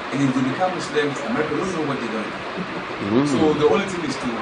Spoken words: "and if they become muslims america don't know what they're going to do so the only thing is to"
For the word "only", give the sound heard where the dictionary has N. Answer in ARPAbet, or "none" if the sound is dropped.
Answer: none